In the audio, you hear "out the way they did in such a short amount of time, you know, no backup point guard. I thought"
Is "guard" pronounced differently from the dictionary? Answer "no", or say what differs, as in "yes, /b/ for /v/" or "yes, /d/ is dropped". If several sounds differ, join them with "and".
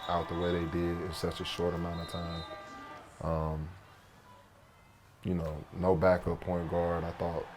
no